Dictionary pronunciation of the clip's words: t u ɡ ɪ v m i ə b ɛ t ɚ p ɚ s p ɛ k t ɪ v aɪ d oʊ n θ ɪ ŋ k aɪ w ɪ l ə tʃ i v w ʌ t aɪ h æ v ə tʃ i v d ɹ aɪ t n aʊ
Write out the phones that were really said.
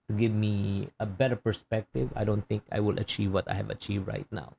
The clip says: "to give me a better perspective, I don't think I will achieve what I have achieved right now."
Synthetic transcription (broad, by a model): t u ɡ ɪ v m i ə b ɛ t ɚ p ɚ s p ɛ k t ɪ v aɪ d oʊ n t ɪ ŋ k aɪ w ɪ l ə tʃ i v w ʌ t aɪ h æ v ə tʃ i v d ɹ aɪ t n aʊ